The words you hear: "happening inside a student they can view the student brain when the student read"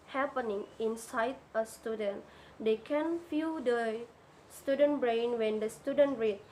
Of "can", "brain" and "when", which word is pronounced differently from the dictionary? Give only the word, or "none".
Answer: none